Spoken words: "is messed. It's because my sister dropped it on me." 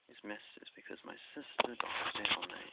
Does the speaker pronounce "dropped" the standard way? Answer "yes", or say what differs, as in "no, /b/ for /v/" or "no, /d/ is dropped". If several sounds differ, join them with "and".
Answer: no, /ɹ/ is dropped